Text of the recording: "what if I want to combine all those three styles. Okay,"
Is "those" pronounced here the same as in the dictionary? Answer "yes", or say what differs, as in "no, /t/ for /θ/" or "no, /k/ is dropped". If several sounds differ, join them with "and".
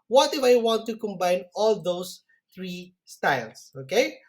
no, /s/ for /z/